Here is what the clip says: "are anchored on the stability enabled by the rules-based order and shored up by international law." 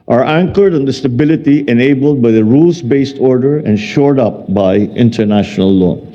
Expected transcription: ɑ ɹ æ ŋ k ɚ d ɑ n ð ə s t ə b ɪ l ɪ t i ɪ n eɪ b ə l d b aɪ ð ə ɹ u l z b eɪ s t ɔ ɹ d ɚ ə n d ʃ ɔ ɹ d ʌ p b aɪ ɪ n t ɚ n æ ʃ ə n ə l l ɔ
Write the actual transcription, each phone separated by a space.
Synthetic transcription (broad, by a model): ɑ ɹ æ ŋ k ɚ d ɑ n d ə s t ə b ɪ l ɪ t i ɪ n eɪ b ə l d b aɪ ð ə ɹ u l s b eɪ s t ɔ ɹ d ɚ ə n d ʃ ɔ ɹ d ʌ p b aɪ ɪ n t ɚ n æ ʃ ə n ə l l ɔ